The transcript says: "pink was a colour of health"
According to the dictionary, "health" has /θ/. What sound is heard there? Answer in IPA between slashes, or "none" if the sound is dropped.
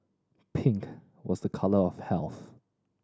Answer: /θ/